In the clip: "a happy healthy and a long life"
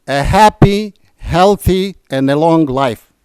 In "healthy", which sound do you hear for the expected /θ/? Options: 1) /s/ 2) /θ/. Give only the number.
2